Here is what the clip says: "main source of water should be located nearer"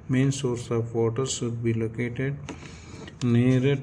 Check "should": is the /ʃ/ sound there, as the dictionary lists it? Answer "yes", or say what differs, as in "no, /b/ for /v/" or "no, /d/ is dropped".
no, /s/ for /ʃ/